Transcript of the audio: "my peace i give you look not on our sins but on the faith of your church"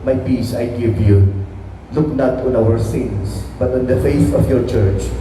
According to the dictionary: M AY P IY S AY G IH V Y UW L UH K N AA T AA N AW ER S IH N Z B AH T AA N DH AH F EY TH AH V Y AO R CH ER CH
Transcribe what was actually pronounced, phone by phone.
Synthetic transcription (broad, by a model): M AY P IY S AY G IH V Y UW L UH K N AA T AA N AW ER S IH N S B AH T AA N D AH F EY TH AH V Y AO R CH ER CH